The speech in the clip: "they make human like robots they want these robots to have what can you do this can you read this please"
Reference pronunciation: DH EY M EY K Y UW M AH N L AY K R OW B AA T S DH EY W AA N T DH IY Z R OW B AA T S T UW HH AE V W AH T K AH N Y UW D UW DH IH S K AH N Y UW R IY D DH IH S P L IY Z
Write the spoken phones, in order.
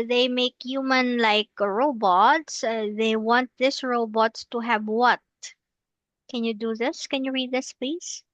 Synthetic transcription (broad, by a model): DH EY M EY K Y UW M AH N L AY K R OW B AA T S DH EY W AA N T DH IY S R OW B AA T S T UW HH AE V W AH T K AH N Y UW D UW DH IH S K AH N Y UW R IY D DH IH S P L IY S